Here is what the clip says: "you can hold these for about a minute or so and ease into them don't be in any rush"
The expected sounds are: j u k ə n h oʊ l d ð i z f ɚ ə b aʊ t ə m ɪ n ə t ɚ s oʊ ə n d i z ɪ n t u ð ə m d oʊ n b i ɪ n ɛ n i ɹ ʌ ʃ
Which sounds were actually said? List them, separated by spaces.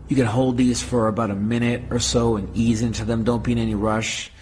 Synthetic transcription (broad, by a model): j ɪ k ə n h oʊ l d ð i z f ɚ ə b aʊ t ə m ɪ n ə t ɚ s oʊ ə n i z ɪ n t u ð ə m d oʊ n b i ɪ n ɛ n i ɹ ʌ ʃ